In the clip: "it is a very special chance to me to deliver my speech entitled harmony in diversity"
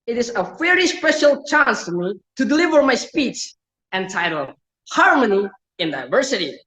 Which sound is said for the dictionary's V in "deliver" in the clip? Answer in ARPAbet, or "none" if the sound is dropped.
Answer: V